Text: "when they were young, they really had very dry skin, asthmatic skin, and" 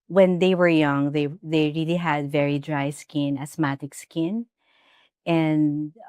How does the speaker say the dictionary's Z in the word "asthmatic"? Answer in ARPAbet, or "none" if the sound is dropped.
S